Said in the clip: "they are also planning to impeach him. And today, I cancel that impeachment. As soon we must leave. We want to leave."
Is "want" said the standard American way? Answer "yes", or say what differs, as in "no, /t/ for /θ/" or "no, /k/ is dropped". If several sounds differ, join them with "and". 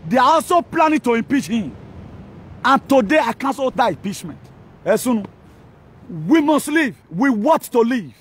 no, /n/ is dropped